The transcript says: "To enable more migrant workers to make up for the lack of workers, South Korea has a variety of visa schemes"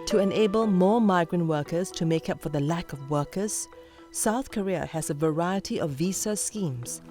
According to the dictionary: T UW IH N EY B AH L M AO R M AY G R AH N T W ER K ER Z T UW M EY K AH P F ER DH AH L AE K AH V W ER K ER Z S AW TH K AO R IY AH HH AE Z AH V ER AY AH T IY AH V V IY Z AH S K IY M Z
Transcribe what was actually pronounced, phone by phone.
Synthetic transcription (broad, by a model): T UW IH N EY B AH L M AO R M AY G R AH N T W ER K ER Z T UW M EY K AH P F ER DH AH L AE K AH V W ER K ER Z S AW TH K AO R IY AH HH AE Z AH V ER AY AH T IY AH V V IY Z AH S K IY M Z